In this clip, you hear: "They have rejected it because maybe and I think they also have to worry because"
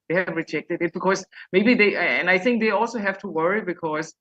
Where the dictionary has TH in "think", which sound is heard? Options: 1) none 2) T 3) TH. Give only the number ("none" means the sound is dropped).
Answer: 3